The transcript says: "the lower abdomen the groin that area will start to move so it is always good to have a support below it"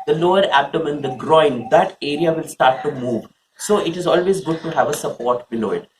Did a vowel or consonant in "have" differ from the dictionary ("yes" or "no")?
no